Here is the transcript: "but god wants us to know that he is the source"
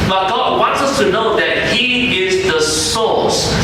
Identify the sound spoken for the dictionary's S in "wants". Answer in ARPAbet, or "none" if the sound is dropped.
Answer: S